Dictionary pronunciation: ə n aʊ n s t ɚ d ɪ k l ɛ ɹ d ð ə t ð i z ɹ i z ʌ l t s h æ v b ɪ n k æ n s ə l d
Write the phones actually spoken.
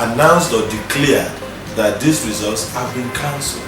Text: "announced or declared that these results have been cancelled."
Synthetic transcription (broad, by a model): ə n aʊ n s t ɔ d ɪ k l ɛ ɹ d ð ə t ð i s ɹ i z ʌ l t s h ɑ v b ɪ n k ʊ n s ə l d